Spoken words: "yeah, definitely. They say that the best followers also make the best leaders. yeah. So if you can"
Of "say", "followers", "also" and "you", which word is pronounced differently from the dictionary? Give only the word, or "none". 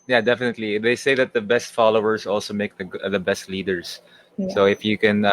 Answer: followers